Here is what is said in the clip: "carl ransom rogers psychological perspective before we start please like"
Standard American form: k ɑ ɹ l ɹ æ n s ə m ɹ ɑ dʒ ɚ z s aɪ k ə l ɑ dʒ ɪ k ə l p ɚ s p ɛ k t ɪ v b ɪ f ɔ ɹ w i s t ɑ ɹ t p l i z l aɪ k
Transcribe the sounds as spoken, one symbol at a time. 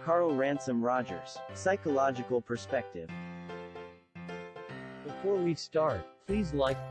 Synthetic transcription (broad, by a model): k ɑ ɹ l ɹ æ n s ə m ɹ ɑ dʒ ɚ z s aɪ k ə l ɑ dʒ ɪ k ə l p ɚ s p ɛ k t ɪ v b ɪ f ɔ ɹ w i s t ɑ ɹ t p l i z l aɪ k